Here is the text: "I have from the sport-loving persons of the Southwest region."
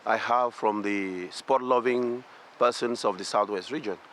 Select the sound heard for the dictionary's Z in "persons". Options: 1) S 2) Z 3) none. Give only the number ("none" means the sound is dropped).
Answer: 1